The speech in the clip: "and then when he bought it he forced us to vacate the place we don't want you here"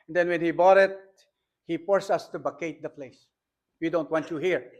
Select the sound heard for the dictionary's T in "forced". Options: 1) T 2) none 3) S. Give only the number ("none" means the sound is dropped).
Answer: 2